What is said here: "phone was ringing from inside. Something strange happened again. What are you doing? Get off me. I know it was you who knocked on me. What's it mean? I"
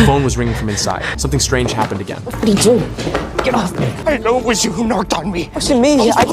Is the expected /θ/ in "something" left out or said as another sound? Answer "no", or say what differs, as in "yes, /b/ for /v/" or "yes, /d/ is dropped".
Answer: no